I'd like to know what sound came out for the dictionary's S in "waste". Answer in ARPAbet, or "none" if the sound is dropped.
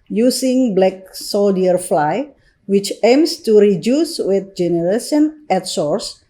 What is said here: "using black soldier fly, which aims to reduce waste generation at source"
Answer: none